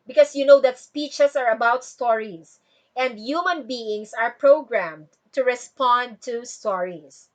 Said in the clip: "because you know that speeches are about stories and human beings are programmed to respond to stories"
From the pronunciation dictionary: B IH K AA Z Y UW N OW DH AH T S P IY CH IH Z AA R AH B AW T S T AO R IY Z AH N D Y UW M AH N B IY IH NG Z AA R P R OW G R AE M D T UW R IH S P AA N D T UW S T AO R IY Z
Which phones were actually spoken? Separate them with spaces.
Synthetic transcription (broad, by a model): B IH K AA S Y UW N OW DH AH T S P IY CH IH S AA R AH B AW T S T AO R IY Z AH N D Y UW M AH N B IY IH NG S AA R P R OW G R AE M D T UW R IH S P AA N D T UW S T AO R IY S